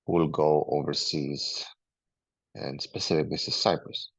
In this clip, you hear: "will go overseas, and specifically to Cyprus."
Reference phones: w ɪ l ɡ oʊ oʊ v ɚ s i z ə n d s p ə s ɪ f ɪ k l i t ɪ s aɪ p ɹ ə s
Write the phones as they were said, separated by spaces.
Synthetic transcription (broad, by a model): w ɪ l ɡ oʊ oʊ v ɚ s i z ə n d s p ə s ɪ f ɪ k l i s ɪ s aɪ p ɹ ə s